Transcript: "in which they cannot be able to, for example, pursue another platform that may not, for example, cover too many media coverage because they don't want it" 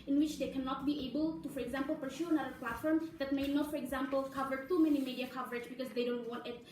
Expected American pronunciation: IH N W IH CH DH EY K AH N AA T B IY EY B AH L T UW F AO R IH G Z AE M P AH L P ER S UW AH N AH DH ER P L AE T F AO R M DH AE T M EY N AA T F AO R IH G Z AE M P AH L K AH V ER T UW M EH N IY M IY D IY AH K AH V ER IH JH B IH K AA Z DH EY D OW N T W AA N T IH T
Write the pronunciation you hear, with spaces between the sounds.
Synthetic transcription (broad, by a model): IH N W IH CH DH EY K AH N AA T B IY EY B AH L T UW F AO R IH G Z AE M P L P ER SH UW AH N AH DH ER P L AE T F AO R M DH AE T M EY N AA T F AO R IH G Z AE M P AH L K AH V ER T UW M EH N IY M IY D IY AH K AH V ER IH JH B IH K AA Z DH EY D OW N T W AA N T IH T